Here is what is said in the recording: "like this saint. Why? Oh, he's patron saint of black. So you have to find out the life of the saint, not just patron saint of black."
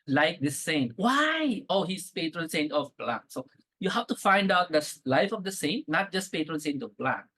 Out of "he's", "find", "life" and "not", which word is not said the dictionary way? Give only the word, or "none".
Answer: he's